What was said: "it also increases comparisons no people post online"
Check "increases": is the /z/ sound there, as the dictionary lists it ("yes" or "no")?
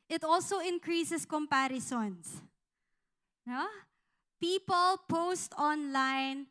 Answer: no